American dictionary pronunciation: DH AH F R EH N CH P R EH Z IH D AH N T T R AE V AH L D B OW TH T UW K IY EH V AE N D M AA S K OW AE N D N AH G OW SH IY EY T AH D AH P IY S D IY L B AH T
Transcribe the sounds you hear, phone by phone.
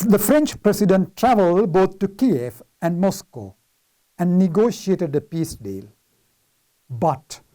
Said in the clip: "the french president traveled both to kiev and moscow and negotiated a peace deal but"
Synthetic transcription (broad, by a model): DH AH F R EH N CH P R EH S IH D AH N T T R AE V AH L D B OW T T UW K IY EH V AE N D M AA S K OW AE N D N AH G OW SH IY EY T AH D AH P IY S D IY L B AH T